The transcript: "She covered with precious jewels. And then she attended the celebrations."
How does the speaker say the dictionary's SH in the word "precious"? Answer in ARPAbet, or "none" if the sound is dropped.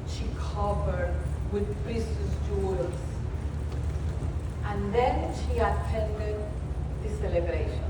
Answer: S